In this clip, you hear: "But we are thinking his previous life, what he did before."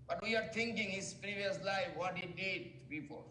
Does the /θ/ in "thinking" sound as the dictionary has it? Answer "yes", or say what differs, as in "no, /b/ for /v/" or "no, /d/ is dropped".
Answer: no, /t/ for /θ/